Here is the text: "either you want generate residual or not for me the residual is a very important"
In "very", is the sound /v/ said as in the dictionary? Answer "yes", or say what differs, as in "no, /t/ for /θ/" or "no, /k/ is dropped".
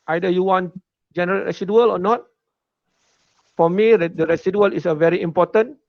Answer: yes